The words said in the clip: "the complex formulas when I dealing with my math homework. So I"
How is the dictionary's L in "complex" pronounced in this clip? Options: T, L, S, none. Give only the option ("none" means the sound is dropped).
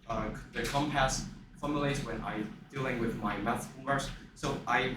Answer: none